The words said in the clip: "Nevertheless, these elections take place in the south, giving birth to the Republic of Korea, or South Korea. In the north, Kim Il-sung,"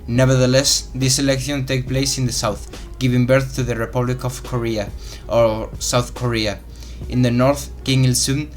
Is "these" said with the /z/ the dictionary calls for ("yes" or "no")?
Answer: no